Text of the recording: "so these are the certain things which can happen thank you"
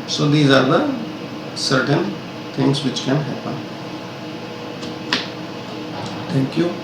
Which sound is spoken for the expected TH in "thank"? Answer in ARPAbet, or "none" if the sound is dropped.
T